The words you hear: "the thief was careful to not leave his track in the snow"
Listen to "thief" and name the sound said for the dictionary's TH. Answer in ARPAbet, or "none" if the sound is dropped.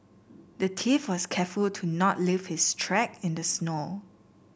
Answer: T